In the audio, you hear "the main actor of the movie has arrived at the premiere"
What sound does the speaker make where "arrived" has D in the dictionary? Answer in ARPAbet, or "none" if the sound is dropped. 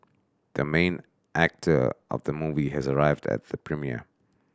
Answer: D